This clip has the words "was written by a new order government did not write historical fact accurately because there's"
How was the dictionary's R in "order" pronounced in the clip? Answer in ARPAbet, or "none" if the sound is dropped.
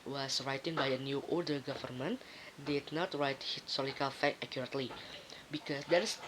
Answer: L